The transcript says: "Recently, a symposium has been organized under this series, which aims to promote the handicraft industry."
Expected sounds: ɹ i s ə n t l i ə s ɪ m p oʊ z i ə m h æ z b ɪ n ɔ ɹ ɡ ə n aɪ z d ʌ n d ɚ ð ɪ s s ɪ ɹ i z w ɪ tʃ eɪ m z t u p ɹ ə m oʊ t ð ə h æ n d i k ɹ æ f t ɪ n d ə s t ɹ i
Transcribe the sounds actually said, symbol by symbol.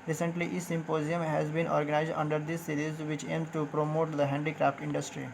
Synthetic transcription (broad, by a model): ɹ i s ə n t l i ə s ɪ m p oʊ z i ə m h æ z b ɪ n ɔ ɹ ɡ ə n aɪ z d ʌ n d ɚ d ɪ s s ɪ ɹ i z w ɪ tʃ eɪ m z t u p ɹ ə m oʊ t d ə h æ n d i k ɹ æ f t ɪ n d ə s t ɹ i